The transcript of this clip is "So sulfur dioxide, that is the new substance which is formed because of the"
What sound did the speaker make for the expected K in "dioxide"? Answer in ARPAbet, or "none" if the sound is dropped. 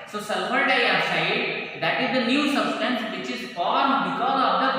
none